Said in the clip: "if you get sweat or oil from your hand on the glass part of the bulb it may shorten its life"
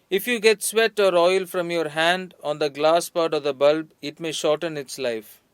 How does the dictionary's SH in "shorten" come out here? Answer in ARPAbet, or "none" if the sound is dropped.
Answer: SH